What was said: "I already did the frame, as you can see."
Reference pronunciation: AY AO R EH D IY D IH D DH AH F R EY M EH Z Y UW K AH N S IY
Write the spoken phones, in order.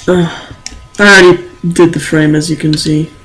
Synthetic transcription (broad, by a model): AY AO IH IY D IH D DH AH F R EY M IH Z Y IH K AH N S IY